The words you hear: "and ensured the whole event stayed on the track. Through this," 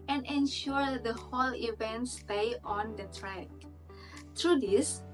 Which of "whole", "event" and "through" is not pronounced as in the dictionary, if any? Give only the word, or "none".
through